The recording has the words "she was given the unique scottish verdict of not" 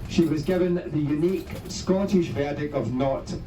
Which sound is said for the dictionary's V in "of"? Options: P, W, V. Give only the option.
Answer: V